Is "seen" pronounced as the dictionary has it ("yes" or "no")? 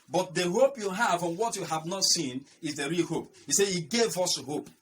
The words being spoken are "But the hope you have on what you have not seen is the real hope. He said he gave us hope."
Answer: yes